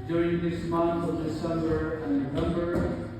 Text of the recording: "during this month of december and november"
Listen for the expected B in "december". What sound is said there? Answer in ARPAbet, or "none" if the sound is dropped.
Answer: none